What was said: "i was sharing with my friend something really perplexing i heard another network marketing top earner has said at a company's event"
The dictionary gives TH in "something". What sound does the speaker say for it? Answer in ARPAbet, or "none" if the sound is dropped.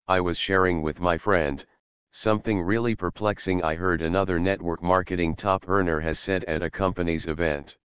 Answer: TH